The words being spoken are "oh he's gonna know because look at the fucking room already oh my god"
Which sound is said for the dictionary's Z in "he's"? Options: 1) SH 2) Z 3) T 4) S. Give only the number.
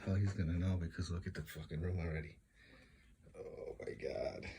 2